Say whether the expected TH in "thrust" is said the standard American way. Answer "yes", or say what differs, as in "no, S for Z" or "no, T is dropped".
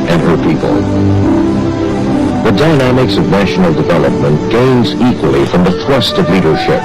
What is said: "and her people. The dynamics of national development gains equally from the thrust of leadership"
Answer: yes